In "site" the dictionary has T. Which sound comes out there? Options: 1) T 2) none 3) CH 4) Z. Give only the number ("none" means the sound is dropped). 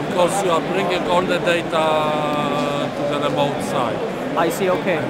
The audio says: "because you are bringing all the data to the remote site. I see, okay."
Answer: 2